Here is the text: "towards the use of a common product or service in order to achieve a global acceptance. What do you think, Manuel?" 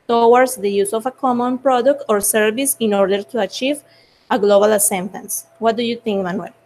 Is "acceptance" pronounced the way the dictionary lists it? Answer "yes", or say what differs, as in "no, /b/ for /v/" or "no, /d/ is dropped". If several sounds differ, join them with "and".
no, /k/ is dropped